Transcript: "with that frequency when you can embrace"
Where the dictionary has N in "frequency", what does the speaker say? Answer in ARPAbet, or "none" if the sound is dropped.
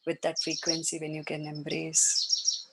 N